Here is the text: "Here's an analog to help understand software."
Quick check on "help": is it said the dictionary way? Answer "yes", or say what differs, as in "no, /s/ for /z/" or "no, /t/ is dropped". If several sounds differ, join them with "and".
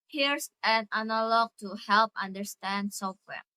yes